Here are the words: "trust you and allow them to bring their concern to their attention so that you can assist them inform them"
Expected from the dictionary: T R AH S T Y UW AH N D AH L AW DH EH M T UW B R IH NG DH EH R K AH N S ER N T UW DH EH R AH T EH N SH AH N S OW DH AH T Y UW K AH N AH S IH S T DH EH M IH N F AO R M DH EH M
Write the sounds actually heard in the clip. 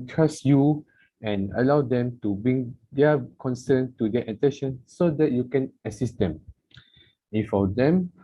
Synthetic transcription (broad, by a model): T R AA S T Y UW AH N AH L AW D EH M T UW B R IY NG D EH K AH N S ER N T UW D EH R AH T EH N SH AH N S OW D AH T Y UW K AH N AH S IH S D EH M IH F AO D EH M